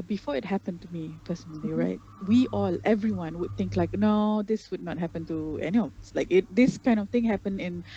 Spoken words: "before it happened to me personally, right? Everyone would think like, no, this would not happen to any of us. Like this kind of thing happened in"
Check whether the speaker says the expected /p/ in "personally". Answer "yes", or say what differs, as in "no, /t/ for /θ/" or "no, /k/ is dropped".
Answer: no, /f/ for /p/